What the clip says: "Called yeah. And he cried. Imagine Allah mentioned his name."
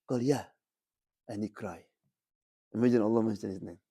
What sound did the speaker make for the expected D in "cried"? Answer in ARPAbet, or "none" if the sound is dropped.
none